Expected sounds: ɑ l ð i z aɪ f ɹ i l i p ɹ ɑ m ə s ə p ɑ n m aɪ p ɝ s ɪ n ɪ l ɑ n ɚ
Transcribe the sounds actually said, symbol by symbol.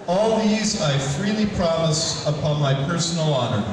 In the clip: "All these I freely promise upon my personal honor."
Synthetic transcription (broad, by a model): ɑ l ð i z aɪ f ɹ i l i p ɹ ɑ m ə s ə p ɑ n m aɪ p ɝ s n l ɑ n ɚ